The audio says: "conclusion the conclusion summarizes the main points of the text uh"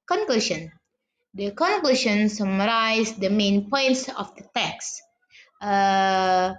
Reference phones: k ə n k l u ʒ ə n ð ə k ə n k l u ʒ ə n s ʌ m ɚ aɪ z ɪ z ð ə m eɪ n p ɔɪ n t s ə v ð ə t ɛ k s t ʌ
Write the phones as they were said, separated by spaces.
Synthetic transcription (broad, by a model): k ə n k l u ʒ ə n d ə k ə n k l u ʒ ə n s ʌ m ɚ aɪ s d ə m eɪ n p ɔɪ n t s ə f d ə t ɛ k s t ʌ